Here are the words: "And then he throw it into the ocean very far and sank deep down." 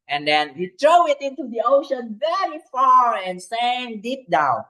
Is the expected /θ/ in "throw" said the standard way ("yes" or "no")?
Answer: no